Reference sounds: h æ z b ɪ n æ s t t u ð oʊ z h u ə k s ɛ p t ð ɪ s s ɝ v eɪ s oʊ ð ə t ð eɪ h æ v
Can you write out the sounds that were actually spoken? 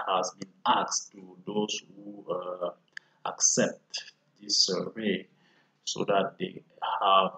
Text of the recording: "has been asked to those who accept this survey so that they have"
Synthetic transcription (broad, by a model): h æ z b ɪ n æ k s t u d oʊ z h u ə k s ɛ p t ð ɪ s s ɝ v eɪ s oʊ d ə t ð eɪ h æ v